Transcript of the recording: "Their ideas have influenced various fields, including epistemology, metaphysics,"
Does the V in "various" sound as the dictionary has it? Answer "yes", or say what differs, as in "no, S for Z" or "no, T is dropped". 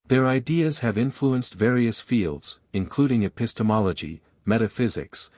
yes